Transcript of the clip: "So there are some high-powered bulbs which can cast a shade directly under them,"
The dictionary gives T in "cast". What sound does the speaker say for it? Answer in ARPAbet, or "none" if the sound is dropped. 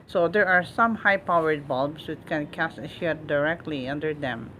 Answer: none